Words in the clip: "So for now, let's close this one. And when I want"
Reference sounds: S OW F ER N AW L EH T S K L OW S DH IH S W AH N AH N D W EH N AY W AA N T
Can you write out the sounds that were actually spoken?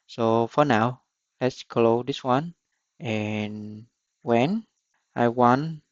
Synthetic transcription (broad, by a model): S OW F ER N AW L EH T S K L OW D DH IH S W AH N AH N W EH N AY W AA N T